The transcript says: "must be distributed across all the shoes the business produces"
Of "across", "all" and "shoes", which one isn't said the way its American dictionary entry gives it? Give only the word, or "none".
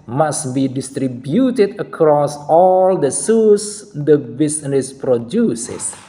shoes